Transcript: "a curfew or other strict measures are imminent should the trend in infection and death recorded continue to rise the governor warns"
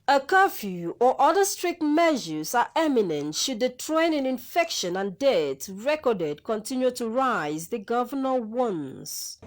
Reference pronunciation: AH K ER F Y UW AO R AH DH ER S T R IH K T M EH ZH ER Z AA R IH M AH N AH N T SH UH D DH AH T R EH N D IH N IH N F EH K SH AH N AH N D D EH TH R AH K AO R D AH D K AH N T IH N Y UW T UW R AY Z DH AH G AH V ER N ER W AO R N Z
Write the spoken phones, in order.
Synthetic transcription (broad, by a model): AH K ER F Y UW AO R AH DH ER S T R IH K T M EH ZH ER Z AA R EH M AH N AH N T SH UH D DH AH T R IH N IH N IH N F EH K SH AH N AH N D D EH T R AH K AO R D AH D K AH N T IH N Y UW T UW R AY Z DH AH G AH V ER N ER W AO N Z